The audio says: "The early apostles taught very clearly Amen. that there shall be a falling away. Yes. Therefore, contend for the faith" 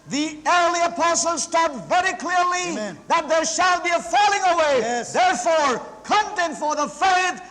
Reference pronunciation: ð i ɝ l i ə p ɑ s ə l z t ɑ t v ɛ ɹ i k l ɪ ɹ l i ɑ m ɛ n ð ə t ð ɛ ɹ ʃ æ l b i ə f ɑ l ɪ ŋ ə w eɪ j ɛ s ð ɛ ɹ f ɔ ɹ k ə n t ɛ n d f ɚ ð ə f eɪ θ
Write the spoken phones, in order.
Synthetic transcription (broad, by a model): ð i ɝ l i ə p ɑ s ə l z t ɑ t v ɛ ɹ i k l ɪ ɹ l i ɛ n ð ə t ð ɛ ɹ ʃ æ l b i ə f ɑ l ɪ ŋ ə w eɪ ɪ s ð ɛ ɹ f ɔ ɹ k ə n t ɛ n f ɚ ð ə f eɪ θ